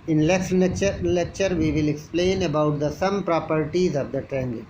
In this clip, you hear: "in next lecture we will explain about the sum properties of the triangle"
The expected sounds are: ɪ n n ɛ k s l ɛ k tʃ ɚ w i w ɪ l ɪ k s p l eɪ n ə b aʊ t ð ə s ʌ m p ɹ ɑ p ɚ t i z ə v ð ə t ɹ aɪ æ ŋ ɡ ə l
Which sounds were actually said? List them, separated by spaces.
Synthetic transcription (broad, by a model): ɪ n l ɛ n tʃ l ɛ k tʃ ɚ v i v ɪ l ɪ k s p l eɪ n ə b aʊ t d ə s ʌ m p ɹ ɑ p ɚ t i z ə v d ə t ɹ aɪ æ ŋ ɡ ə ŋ